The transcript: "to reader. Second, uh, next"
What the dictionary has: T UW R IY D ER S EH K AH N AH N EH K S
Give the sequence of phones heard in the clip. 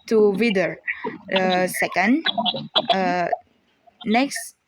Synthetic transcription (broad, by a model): T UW W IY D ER S EH K AH N AH N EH K S